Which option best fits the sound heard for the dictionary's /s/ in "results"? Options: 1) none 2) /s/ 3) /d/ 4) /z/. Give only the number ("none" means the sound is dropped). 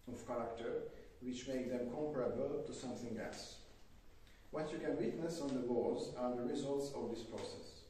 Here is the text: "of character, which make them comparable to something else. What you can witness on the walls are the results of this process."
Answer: 2